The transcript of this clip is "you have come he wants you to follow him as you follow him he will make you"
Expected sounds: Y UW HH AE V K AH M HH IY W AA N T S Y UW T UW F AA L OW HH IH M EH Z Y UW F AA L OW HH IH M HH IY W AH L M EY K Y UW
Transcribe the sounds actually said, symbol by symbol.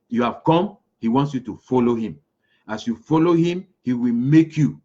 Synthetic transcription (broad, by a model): Y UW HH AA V K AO M HH IY W AA N T S Y UW T UW F AA L OW HH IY M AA S Y UW F AA L OW HH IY M HH IY W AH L M EY K Y UW